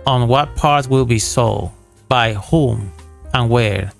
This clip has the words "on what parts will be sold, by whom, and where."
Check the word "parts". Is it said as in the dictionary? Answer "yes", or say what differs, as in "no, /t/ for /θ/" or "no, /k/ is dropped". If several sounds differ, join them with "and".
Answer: no, /s/ is dropped